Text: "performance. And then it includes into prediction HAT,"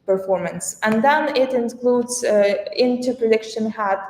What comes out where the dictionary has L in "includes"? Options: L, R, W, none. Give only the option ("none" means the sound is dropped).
L